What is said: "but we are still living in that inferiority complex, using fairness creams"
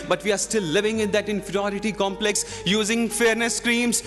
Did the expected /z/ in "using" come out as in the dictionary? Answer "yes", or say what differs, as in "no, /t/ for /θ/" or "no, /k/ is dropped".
yes